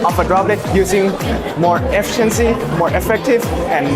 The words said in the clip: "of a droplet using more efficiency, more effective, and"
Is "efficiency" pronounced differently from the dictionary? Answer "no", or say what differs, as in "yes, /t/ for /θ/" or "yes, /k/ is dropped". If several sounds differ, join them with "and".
no